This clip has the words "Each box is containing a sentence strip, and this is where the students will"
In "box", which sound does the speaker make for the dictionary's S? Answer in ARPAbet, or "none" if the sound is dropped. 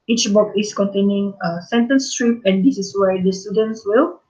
none